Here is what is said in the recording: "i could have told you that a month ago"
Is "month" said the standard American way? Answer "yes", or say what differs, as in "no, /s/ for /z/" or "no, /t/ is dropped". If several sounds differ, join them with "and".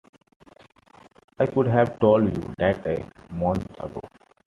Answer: no, /t/ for /θ/